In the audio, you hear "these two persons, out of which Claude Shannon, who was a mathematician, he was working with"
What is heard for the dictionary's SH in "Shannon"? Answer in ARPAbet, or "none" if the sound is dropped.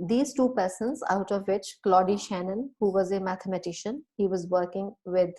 SH